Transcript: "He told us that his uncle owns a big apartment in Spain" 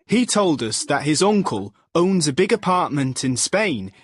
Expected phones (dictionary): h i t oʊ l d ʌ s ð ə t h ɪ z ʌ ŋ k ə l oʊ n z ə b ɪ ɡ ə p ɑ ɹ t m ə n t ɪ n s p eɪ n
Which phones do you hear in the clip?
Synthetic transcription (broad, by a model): h i t oʊ l d ʌ s ð ə t h ɪ z ʌ ŋ k ə l oʊ n z ə b ɪ ɡ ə p ɑ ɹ t m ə n t ɪ n s p eɪ n